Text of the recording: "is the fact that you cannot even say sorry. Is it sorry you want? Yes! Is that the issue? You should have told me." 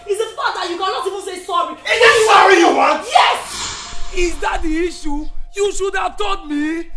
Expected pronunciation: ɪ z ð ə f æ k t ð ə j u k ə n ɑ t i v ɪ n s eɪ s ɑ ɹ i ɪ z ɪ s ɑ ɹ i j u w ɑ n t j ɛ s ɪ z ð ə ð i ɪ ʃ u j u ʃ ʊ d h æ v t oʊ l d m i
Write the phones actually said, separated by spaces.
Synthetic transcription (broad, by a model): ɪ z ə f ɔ t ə j u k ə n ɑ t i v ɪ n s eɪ s ɑ ɹ i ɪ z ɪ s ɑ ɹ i j u w ɑ n t j ɛ s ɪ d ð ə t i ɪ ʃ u j u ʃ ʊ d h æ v t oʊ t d m i